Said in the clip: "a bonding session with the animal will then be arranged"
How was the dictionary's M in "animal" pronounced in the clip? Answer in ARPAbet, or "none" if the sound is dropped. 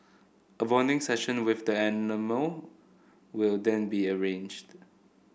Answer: M